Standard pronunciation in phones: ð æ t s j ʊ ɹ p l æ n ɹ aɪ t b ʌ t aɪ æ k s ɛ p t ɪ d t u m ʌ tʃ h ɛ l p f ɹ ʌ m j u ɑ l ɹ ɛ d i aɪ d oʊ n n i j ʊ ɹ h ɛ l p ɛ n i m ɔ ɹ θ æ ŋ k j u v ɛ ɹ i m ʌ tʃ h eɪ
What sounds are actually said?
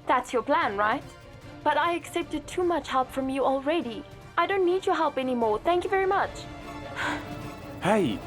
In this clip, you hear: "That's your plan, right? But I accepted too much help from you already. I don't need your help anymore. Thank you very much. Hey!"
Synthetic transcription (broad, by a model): ð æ t s j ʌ ɹ p l æ n ɹ aɪ t b ʌ t aɪ æ k s ɛ p t ɪ d t u m ʌ tʃ h ɛ l p f ɹ ʌ m j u ɑ l ɹ ɛ d i aɪ d oʊ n n i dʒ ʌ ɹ h ɛ l p ɛ n i m ɔ ɹ θ æ ŋ k j u v ɛ ɹ i m ʌ tʃ h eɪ